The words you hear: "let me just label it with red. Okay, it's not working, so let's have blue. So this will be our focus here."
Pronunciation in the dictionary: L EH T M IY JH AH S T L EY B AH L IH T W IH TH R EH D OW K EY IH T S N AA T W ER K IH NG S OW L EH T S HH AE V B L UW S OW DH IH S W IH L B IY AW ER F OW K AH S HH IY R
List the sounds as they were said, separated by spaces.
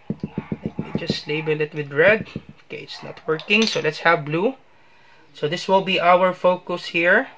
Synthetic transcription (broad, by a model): L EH T M IY JH AH S T L EY B AH L IH T W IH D R EH D OW K EY IH T S N AA T W ER K IH NG S OW L EH T S HH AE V B L UW S OW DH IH S W IH L B IY AW ER F OW K AH S HH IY R